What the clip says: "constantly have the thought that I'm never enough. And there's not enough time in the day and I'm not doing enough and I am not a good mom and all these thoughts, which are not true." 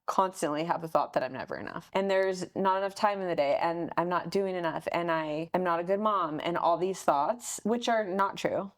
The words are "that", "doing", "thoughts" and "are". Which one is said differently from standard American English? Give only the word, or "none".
none